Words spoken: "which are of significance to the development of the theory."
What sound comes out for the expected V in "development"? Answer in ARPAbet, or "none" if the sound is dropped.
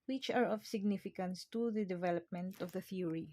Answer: V